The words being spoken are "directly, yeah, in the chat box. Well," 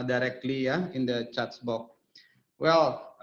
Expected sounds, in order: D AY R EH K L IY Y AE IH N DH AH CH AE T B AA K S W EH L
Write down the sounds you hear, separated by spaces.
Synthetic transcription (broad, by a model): D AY R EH K L IY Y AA IH N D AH CH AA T B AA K W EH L